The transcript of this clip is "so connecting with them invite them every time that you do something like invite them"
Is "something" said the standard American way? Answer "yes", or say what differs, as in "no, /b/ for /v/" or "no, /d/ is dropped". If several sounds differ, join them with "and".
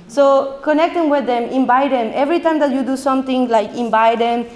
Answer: no, /t/ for /θ/